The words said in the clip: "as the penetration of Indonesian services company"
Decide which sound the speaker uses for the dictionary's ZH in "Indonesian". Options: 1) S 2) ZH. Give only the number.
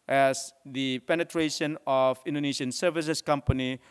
1